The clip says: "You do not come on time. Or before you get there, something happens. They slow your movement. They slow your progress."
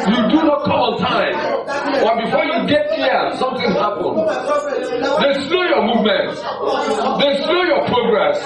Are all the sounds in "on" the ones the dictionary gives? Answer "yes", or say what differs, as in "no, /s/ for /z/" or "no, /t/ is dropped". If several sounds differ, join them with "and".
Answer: no, /l/ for /n/